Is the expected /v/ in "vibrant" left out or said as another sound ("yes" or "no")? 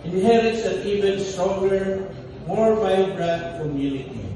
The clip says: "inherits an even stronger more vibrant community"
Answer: yes